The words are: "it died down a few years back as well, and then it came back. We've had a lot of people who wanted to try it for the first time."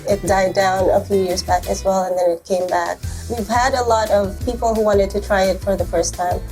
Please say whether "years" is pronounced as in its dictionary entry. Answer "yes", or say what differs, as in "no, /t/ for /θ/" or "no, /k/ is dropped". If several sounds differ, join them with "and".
yes